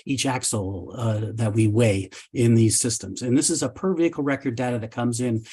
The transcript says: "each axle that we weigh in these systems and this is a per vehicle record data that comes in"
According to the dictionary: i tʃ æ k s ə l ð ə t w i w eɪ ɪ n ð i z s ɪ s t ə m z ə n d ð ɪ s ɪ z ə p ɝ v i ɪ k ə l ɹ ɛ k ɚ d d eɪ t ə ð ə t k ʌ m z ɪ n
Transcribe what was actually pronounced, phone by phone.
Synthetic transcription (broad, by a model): i tʃ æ k s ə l ð ə t w i w eɪ ɪ n ð i z s ɪ s t ə m z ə n ð ɪ s ɪ z ə p ɝ v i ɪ k l ɹ ɛ k ɚ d d eɪ t ə ð ə t k ʌ m z ɪ n